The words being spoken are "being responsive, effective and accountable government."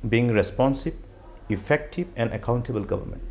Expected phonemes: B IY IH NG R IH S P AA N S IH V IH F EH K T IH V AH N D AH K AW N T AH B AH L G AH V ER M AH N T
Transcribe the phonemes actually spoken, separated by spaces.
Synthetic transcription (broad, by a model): B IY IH NG R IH S P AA N S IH B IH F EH K T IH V AH N D AH K AW N T AH B AH L G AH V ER M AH N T